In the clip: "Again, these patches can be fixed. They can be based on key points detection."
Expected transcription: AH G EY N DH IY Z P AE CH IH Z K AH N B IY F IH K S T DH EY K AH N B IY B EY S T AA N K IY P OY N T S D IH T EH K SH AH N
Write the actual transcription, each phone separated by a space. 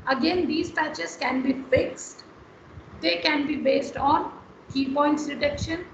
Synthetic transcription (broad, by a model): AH G EY N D IY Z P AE CH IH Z K AH N B IY F IH K S T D EY K AH N B IY B EY S T AA N K IY P OY N T S D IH T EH K SH AH N